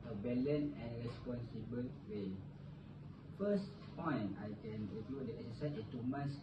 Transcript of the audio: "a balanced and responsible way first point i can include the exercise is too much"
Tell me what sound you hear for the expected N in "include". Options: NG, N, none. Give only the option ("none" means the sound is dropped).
none